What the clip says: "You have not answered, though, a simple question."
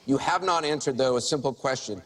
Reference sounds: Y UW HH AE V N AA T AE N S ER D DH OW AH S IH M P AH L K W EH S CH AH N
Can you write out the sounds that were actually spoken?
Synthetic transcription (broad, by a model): Y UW HH AE V N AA T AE N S ER D DH OW AH S IH M P L K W EH S CH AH N